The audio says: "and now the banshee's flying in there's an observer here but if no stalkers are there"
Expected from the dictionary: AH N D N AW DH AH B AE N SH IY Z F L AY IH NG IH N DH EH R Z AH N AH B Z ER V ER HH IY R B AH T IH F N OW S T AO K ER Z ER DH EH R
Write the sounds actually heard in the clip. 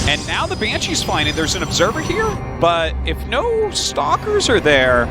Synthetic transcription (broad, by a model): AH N N AW DH AH B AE N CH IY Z F AY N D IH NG DH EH R Z AH N AH B Z ER V ER HH IY R B AH T IH F N OW S T AO K ER Z ER DH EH R